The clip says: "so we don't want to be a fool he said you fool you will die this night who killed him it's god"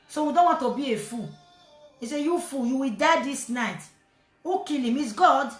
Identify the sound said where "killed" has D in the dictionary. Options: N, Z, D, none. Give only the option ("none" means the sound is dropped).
none